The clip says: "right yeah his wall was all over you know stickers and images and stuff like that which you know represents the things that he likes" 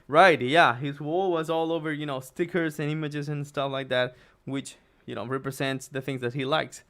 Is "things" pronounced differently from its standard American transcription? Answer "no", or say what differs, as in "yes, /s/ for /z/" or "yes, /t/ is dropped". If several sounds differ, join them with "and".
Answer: no